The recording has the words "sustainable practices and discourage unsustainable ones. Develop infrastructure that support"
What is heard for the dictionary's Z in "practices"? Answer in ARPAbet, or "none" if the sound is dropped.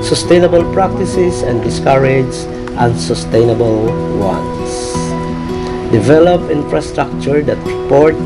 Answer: S